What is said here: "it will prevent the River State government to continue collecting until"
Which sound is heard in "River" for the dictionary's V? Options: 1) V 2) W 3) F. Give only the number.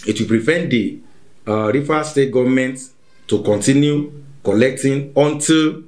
3